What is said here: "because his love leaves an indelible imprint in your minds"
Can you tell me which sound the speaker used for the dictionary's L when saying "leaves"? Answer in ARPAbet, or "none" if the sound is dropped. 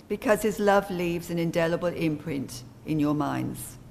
L